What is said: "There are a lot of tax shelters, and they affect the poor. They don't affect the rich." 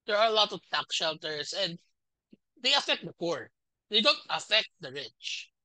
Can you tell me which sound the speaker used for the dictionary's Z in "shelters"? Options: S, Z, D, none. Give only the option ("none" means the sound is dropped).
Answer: S